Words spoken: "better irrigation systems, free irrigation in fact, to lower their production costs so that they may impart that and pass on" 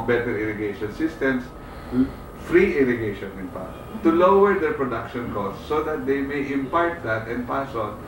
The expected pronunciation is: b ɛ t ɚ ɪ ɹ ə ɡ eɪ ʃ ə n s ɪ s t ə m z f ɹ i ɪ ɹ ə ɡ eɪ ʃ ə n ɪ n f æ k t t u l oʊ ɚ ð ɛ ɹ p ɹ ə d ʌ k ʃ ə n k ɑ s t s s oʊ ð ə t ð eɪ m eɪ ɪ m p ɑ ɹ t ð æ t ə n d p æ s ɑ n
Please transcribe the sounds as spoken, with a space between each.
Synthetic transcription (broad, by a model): b ɛ t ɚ ɪ ɹ ə ɡ eɪ ʃ ə n s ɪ s t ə m s f ɹ i ɪ ɹ ə ɡ eɪ ʃ ə n ɪ n p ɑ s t t u l oʊ ɚ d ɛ ɹ p ɹ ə d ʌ k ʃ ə n k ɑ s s s oʊ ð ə t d eɪ m eɪ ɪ m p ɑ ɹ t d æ t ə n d p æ s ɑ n